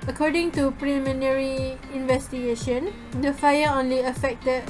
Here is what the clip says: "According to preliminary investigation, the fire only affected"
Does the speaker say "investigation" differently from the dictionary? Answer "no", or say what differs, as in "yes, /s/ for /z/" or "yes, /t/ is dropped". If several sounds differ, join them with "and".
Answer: no